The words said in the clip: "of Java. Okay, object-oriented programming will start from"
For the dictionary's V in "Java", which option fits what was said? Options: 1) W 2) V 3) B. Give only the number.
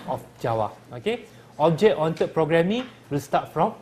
1